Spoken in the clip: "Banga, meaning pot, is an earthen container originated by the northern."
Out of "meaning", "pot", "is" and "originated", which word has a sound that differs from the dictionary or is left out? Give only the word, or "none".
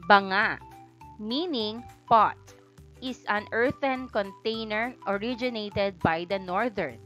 is